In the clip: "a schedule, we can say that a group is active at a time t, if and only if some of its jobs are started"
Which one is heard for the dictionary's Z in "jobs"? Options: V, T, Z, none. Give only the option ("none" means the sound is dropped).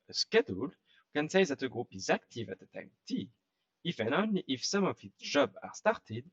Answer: none